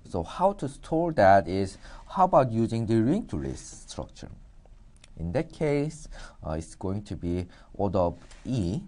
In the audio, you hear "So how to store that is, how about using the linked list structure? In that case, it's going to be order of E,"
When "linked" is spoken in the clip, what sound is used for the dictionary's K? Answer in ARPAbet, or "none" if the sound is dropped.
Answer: none